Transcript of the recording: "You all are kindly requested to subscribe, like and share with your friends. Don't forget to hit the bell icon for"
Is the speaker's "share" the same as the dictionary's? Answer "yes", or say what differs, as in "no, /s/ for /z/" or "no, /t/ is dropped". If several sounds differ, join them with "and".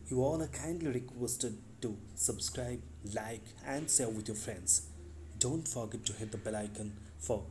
no, /s/ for /ʃ/ and /l/ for /ɹ/